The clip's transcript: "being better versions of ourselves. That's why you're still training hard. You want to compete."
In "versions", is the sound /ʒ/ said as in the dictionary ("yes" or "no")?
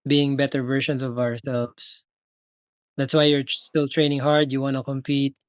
no